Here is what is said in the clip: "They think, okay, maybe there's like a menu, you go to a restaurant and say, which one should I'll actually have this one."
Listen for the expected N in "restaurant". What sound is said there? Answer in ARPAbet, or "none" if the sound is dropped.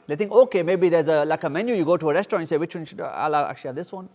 none